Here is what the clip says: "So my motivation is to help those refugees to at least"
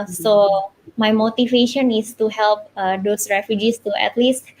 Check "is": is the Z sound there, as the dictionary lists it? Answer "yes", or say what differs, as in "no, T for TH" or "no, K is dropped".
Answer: no, S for Z